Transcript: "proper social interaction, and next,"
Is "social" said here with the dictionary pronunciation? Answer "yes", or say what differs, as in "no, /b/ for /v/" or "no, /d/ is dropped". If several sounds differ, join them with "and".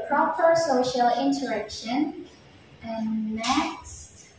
yes